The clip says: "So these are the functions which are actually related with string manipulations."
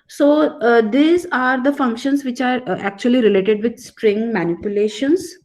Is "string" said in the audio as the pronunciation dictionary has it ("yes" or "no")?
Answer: yes